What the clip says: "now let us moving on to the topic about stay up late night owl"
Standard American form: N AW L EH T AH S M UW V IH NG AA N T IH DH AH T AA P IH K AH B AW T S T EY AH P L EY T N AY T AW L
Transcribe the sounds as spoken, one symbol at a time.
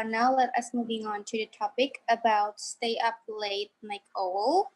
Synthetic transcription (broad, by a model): N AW L EH T AH S M UW V IH NG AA N T IH DH AH T AA P IH K AH B AW T S T EY AH P L EY T L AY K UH L